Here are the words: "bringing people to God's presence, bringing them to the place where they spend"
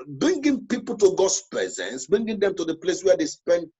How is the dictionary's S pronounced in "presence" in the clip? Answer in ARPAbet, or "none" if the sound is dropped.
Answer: S